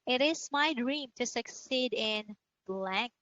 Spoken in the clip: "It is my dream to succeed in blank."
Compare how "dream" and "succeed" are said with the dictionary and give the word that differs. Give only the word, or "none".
none